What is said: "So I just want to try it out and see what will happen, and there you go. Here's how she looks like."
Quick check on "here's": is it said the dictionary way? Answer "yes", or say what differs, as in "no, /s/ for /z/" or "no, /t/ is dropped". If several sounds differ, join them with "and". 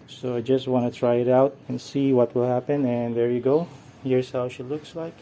no, /s/ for /z/